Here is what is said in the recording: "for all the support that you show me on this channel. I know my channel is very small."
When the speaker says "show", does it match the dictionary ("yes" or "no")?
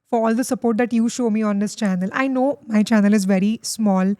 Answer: yes